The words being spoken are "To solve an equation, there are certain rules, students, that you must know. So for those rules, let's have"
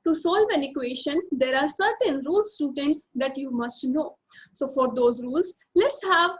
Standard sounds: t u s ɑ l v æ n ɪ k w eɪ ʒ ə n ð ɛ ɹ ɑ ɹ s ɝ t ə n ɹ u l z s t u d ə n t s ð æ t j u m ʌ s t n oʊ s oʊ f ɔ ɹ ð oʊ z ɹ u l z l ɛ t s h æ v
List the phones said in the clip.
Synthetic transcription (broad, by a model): t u s ɑ l v æ n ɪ k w eɪ ʃ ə n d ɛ ɹ ɑ ɹ s ɝ t ə n ɹ u l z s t u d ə n t s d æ t j u m ʌ s t n oʊ s oʊ f ɔ ɹ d oʊ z ɹ u l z l ɛ t s h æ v